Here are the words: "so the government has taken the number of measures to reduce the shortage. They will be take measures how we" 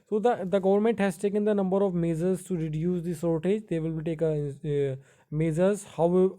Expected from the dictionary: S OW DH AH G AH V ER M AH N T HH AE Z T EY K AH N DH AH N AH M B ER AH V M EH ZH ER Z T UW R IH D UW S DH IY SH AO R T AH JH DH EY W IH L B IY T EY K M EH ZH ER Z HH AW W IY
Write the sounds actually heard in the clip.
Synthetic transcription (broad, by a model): S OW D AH G AH V ER M AH N T HH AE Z T EY K AH N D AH N AH M B ER AH V M EH Z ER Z T UW R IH D UW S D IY S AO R T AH JH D EY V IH L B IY T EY K M EH Z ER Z HH AW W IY